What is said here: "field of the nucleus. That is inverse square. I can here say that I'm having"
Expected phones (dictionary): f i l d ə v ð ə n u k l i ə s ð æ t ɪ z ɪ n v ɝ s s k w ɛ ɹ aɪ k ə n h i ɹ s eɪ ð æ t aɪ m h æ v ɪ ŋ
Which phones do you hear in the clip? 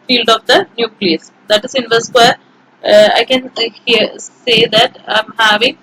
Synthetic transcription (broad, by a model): f i l d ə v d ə n u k l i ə s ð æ t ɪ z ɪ n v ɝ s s w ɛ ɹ aɪ k ə n h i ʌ s eɪ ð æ t aɪ m h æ v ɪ ŋ